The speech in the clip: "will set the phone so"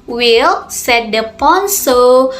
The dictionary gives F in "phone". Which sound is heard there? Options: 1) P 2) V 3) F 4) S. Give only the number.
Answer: 1